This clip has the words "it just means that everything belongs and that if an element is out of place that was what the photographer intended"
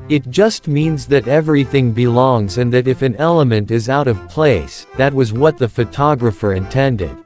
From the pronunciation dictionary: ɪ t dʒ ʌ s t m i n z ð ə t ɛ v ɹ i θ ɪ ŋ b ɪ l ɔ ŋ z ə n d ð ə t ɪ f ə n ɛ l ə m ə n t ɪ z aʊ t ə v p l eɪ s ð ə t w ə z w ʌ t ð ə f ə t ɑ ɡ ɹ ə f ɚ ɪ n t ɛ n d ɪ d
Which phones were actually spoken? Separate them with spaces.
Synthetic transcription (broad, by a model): ɪ t dʒ ʌ s t m i n z ð ə t ɛ v ɹ i θ ɪ ŋ b ɪ l ɔ ŋ z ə n ð ə t ɪ f ə n ɛ l ə m ə n t ɪ z aʊ t ə v p l eɪ s ð ə t w ə z w ʌ t ð ə f ə t ɑ ɡ ɹ ə f ɚ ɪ n t ɛ n d ɪ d